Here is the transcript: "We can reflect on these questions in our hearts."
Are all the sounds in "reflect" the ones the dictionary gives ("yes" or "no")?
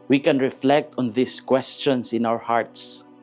yes